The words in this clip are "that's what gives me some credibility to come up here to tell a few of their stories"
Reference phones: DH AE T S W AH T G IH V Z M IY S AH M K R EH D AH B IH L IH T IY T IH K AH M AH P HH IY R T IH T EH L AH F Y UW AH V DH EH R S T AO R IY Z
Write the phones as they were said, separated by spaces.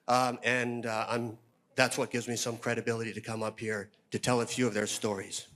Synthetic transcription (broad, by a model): DH AE T S W AH T G IH V Z M IY S AH M K R EH D AH B IH L IH T IY T IH K AH M AH P HH IY R T IH T EH L AH F Y UW AH V DH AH R S T AO R IY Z